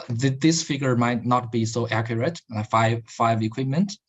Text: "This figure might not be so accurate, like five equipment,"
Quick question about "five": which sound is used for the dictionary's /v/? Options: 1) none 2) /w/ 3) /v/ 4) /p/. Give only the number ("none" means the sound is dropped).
3